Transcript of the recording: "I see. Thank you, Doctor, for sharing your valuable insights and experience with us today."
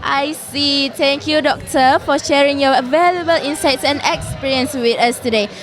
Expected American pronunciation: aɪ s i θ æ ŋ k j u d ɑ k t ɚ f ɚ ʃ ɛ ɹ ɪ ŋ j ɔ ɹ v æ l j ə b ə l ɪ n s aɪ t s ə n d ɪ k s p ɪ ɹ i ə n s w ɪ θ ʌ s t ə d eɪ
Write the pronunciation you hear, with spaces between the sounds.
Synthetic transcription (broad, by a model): aɪ s i t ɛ ŋ k j u d ɑ k t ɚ f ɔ ʃ ɛ ɹ ɪ ŋ j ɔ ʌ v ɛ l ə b ə l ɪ n s aɪ t s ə n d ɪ k s p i ɹ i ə n s w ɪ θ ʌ s t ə d eɪ